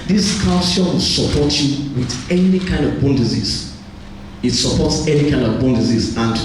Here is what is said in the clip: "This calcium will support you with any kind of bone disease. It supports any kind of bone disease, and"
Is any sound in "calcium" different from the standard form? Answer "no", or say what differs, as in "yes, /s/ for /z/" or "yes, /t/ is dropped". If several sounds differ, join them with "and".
yes, /l/ is dropped